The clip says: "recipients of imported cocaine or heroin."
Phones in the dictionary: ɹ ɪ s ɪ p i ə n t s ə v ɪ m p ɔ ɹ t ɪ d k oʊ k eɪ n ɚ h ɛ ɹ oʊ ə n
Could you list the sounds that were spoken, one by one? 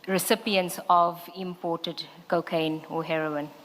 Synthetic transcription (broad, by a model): ɹ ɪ s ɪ p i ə n t s ə v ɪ m p ɔ t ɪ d k oʊ k eɪ n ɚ h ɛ ɹ oʊ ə n